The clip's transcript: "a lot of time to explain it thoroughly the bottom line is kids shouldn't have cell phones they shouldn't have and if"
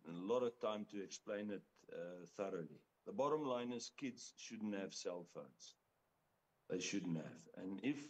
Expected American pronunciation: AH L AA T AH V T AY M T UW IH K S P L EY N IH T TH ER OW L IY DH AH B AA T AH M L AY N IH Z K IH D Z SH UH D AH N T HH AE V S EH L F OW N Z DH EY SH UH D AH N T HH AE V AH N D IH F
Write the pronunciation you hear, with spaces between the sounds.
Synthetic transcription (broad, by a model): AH L AA T AH V T AY M T UW IH K S P L EY N IH T TH ER OW L IY DH AH B AA T AH M L AY N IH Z K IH D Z SH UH D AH N T HH AE V S EH L F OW N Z DH EY SH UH D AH N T HH AE V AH N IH F